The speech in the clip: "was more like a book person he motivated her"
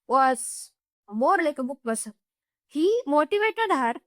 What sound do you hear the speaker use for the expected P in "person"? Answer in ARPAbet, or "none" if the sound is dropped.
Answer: B